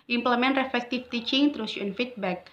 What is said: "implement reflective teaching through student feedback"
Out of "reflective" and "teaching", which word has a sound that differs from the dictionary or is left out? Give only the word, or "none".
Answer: reflective